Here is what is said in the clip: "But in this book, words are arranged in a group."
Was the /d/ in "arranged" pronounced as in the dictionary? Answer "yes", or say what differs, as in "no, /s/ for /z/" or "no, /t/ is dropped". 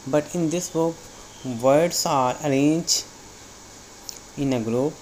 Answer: no, /d/ is dropped